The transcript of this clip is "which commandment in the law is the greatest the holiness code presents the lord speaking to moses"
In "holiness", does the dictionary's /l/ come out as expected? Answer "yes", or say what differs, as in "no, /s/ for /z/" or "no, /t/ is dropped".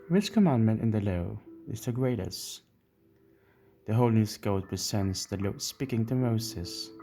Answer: no, /l/ is dropped